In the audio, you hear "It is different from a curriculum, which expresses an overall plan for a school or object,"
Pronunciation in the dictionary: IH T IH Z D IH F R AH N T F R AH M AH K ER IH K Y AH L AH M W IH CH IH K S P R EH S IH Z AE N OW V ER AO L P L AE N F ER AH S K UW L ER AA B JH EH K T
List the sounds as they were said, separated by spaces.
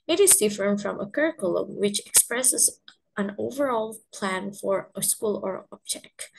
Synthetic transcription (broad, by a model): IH T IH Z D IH F AH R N F R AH M AH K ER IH K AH L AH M W IH CH IH K S P R EH S IH Z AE N OW V ER AO L P L AE N F ER AH S K UW L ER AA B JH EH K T